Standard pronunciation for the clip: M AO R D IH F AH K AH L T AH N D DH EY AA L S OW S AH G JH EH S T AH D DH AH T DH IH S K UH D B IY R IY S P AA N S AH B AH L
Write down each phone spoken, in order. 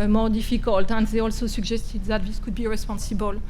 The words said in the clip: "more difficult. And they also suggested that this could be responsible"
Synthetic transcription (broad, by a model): M AO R D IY F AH K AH L T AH N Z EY AA L S OW S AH G ZH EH S T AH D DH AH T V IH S K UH D B IY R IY S P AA N S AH B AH L